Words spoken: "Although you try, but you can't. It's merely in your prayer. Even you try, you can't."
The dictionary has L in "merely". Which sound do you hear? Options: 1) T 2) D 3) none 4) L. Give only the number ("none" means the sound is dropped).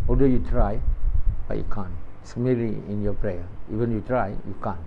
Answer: 3